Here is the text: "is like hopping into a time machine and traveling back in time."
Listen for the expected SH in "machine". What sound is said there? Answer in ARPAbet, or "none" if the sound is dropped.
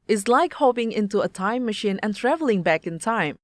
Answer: SH